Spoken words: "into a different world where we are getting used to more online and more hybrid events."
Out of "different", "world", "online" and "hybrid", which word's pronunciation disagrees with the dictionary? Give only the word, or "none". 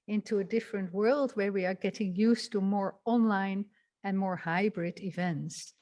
none